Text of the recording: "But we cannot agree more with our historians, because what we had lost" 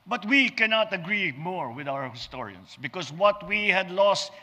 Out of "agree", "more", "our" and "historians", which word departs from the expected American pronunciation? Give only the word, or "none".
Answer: historians